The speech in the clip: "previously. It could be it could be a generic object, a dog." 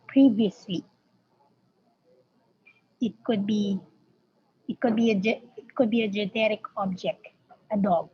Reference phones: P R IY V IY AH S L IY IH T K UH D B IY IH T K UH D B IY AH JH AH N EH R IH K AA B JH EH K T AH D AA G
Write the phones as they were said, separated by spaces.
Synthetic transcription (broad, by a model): P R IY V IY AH S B IY IH T K UH D B IY IH T K UH D B IY AH JH AH N EH R IH K AA B JH EH K T AH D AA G